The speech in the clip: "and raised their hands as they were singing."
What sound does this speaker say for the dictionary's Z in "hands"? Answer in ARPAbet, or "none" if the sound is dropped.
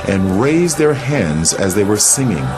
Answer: Z